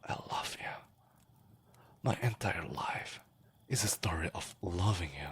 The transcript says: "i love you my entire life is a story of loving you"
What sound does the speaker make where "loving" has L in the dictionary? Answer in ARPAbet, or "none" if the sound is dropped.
L